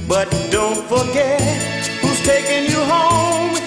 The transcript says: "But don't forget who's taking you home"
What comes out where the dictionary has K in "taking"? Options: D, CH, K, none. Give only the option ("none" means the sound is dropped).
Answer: K